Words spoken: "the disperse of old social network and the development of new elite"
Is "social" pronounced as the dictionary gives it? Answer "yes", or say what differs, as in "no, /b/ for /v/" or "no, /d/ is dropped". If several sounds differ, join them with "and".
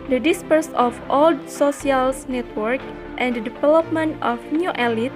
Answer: no, /s/ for /ʃ/